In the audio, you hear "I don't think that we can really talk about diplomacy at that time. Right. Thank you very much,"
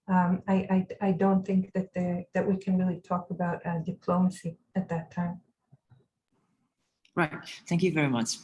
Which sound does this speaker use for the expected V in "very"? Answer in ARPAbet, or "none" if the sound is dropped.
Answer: V